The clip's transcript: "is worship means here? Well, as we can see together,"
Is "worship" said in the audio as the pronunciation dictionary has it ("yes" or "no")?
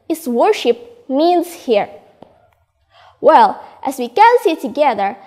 yes